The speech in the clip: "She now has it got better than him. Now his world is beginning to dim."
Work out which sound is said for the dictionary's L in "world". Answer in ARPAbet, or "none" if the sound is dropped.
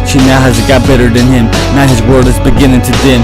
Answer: none